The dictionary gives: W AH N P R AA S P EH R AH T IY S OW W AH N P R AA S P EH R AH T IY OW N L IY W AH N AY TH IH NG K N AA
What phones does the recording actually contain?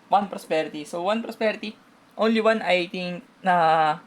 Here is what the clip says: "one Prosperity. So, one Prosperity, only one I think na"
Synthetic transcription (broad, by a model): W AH N P R AA S P EH R AH T IY S OW W AH N P R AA S P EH R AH T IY OW N L IY W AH N AY T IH NG K N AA